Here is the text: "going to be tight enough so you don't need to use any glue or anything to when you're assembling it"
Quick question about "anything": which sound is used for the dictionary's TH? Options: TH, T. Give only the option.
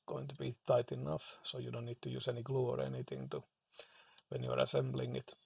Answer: T